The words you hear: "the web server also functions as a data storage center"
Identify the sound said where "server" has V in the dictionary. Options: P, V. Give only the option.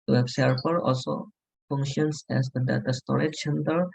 P